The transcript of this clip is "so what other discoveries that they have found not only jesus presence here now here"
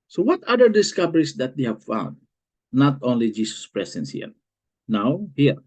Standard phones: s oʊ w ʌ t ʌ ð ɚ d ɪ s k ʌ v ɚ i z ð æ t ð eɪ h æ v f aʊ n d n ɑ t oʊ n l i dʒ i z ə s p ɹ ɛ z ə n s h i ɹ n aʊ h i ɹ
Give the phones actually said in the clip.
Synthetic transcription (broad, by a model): s oʊ w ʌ t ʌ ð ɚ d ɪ s k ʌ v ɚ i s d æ t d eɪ h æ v f aʊ n d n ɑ t oʊ n l i dʒ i s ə s p ɹ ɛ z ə n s h i ɹ n aʊ h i ɹ